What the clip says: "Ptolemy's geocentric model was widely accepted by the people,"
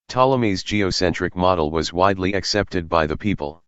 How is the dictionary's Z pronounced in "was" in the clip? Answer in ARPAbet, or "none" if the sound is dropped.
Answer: Z